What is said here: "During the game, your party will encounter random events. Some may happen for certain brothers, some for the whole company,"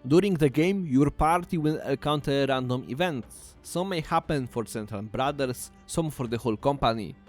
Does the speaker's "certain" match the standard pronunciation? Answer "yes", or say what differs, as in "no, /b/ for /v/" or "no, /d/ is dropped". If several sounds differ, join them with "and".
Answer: no, /l/ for /n/